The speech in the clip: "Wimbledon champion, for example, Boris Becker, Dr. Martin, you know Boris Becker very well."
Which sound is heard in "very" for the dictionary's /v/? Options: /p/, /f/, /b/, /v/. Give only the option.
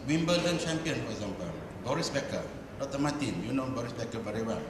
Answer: /b/